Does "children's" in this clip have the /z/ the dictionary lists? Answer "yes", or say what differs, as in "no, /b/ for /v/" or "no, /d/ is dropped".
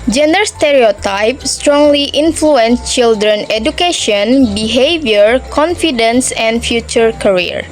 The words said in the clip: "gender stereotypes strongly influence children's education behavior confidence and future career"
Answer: no, /z/ is dropped